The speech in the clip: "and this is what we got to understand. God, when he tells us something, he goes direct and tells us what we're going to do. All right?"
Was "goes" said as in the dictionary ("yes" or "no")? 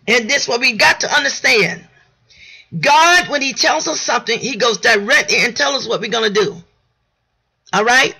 yes